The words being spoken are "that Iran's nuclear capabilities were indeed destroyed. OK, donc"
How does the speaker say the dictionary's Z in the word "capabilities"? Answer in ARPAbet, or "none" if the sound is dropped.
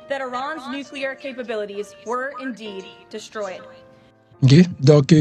Z